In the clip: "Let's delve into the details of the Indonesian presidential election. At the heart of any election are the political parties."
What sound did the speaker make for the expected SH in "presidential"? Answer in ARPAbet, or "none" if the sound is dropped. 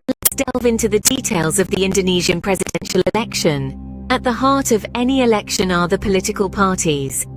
SH